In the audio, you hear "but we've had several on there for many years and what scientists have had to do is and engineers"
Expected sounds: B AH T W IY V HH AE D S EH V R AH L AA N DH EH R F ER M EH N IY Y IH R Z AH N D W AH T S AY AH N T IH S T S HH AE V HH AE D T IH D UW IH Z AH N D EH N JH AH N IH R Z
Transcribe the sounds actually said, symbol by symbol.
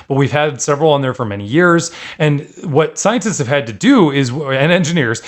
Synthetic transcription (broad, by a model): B AH T W IY V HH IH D S EH V R L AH N DH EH R F ER M EH N IY Y IH R Z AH N W AH T S AY AH N T IH S T S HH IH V HH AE D T IH D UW IH Z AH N EH N JH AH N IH R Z